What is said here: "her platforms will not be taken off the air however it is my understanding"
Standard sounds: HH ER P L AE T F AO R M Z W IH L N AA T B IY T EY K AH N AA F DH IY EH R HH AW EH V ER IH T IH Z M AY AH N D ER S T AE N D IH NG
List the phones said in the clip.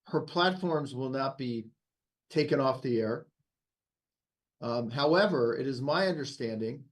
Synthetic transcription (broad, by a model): HH ER P L AE T F AO R M Z W IH L N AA T B IY T EY K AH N AA F DH IY EH R HH AW EH V ER IH T IH Z M AY AH N D ER S T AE N D IH NG